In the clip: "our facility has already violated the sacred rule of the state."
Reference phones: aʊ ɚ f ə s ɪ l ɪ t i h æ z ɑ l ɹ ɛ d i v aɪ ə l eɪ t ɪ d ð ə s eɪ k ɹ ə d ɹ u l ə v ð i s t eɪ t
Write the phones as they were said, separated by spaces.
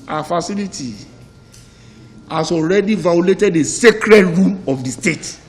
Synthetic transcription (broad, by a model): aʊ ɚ f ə s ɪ l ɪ t i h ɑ s ɑ l ɹ ɛ d i v aɪ ə l eɪ t ɪ d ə s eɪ k ɹ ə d ɹ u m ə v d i s t eɪ t